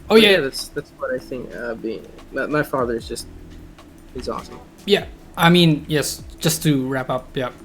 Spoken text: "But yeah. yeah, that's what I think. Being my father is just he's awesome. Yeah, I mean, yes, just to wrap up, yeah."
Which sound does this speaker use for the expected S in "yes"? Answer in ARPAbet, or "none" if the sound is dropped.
S